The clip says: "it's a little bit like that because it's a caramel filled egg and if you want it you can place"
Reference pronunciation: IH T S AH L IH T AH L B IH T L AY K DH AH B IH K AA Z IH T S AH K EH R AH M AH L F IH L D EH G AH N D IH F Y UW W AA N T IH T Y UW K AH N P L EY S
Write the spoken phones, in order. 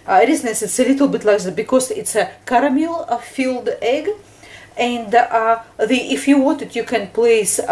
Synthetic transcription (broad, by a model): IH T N AH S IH T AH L B IH T L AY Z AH B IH K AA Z IH T S AH K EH R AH M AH L F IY L D EH G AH N D IH F Y UW W AA N T IH T Y UW K AH N P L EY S